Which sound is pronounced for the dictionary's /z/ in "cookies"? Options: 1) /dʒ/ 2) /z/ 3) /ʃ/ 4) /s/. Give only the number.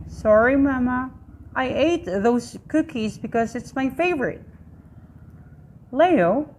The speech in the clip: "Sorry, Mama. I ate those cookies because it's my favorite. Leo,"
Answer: 2